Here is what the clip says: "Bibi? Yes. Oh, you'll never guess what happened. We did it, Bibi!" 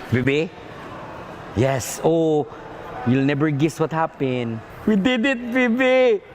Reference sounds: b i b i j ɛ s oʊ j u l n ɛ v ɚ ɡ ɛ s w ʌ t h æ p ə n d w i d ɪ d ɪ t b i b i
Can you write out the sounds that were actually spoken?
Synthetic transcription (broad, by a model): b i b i j ɛ s oʊ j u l n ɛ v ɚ ɡ ɛ s w ʌ t h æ p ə n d w i d ɪ d ɪ t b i b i